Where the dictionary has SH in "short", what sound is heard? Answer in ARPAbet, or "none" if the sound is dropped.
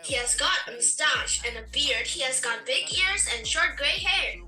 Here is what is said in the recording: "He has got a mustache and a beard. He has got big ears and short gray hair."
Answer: SH